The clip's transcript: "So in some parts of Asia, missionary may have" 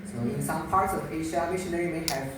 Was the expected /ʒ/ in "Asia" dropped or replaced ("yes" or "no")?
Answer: yes